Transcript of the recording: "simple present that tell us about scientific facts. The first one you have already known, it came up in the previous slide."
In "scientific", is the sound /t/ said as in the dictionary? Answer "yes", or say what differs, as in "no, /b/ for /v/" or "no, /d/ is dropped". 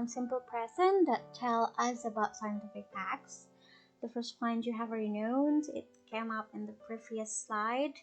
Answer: yes